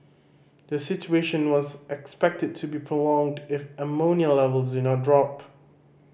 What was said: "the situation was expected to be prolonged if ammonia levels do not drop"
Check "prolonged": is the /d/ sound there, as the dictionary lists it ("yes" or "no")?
yes